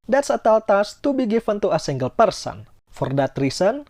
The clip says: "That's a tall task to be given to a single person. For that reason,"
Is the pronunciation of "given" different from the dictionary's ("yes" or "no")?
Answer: yes